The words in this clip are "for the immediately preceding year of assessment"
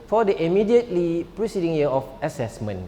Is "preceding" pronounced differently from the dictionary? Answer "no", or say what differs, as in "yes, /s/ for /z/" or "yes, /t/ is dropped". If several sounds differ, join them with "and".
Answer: no